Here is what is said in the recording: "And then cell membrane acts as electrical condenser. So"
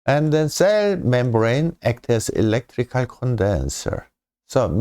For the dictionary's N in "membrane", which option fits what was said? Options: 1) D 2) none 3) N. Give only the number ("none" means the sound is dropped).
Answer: 3